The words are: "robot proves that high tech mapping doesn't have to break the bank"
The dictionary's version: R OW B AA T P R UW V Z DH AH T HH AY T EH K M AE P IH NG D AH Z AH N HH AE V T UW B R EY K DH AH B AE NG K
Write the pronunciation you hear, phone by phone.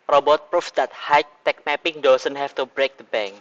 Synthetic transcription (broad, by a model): R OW B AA T P R UW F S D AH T HH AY T EH K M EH P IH NG D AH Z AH N HH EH F T UW B R EY K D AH B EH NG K